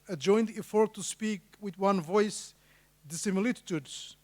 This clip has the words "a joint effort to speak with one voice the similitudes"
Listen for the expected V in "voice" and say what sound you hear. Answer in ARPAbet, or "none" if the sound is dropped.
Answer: V